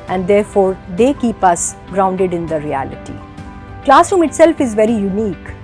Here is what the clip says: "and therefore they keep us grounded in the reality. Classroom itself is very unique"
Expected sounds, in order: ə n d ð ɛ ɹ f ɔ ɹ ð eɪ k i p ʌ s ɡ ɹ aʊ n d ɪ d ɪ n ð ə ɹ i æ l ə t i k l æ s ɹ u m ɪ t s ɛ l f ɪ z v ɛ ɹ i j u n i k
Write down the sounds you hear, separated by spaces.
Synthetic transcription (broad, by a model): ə n d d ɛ ɹ f ɔ ɹ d eɪ k i p ʌ s ɡ ɹ aʊ n d ɪ d ɪ n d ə ɹ i æ l ə t i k l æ s u m ɪ t s ɛ l f ɪ z v ɛ ɹ i j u n i k